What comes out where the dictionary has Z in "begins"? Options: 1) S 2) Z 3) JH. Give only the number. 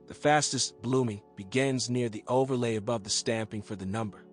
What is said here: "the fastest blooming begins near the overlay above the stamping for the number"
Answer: 2